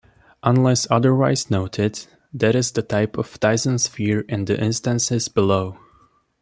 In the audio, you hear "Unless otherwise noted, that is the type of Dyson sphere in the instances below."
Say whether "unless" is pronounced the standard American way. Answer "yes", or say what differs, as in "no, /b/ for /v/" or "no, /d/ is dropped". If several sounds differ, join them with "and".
yes